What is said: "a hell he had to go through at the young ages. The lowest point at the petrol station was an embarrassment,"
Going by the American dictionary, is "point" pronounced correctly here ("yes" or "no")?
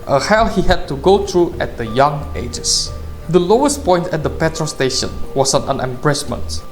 yes